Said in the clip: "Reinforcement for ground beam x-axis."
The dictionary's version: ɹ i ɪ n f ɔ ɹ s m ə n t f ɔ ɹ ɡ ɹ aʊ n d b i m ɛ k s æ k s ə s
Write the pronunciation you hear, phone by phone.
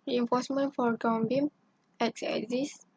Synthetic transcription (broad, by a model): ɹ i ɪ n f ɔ s m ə n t f ɔ ɹ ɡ aʊ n b i m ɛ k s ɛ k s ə s